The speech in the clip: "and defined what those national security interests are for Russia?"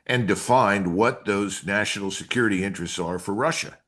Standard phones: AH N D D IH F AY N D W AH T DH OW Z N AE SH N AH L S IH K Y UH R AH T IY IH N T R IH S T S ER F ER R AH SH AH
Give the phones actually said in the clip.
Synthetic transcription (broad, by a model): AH N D D IH F AY N D W AH T DH OW Z N AE SH N L S IH K Y UH R AH T IY IH N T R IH S T S ER F ER R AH SH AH